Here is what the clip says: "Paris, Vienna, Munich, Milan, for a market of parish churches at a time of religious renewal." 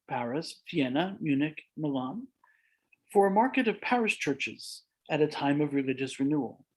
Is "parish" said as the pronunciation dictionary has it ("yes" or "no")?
no